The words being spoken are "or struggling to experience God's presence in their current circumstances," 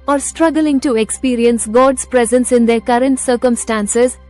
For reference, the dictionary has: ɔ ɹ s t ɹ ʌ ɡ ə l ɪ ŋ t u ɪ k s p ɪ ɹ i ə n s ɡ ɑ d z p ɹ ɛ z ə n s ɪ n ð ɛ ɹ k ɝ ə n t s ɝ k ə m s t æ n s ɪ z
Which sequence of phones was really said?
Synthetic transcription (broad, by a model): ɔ ɹ s t ɹ ʌ ɡ ə l ɪ ŋ t u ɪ k s p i ɹ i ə n s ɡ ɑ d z p ɹ ɛ z ə n s ɪ n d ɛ ɹ k ɝ ə n t s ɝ k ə m s t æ n s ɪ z